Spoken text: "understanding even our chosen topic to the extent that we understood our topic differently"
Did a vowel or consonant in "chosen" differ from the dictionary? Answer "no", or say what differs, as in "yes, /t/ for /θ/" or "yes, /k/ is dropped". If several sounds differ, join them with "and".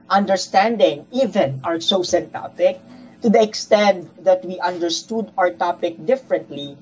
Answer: yes, /s/ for /tʃ/ and /s/ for /z/